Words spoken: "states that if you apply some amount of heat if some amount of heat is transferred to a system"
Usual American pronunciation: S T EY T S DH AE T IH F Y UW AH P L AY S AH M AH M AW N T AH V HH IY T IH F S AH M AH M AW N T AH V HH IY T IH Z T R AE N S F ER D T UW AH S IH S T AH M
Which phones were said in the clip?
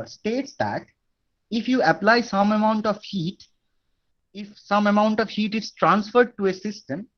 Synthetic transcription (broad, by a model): S T EY T S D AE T IH F Y UW AH P L AY S AH M AH M AW N T AH V HH IY T IH F S AH M AH M AW N T AH V HH IY T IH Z T R AE N S F ER D T UW AH S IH S T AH M